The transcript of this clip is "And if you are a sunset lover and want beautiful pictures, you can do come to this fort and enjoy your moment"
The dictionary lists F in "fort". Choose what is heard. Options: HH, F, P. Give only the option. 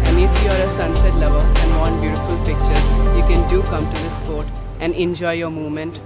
P